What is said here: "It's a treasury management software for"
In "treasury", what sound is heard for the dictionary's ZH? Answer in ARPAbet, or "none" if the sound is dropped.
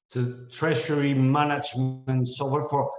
SH